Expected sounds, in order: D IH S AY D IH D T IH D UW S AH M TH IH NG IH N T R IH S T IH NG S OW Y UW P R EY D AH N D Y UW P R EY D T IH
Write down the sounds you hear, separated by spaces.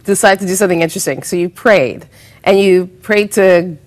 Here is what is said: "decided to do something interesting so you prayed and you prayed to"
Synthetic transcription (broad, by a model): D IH S AY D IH D T IH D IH S AH M TH IH NG IH N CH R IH S T IH NG S OW Y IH P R EY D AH N Y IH P R EY D T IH